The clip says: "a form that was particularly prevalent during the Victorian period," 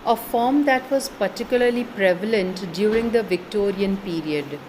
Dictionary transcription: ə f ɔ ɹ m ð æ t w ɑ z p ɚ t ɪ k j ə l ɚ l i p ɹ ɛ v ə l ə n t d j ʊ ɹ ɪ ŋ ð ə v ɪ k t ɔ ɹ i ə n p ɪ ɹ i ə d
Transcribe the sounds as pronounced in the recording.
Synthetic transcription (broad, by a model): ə f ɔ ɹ m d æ t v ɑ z p ɚ t ɪ k j ə l ɚ l i p ɹ ɛ v ə l ə n t d j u ɹ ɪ ŋ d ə v ɪ k t ɔ ɹ i ə n p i ɹ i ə d